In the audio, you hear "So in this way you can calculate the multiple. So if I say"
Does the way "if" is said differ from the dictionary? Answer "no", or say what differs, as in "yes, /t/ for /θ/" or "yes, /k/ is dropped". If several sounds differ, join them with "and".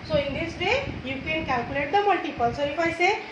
yes, /p/ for /f/